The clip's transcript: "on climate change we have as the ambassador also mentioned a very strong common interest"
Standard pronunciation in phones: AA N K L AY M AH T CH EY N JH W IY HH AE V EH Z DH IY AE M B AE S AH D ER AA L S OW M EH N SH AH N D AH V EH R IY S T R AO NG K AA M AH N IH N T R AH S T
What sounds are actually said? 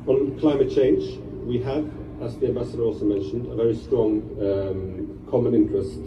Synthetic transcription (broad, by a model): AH N K L AY M AH T CH EY N JH W IY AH V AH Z DH IY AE M B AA S AH D ER AA L S OW M EH N SH AH N D AH V EH R IY S T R AO NG K AA M AH N IH N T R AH S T